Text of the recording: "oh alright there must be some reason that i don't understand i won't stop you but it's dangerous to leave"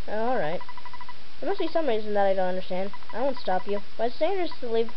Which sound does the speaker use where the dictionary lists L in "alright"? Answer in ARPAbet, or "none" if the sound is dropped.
L